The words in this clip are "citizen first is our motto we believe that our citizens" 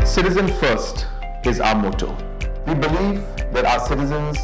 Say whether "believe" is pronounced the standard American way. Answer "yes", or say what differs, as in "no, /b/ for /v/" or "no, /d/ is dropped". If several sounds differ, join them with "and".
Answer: no, /f/ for /v/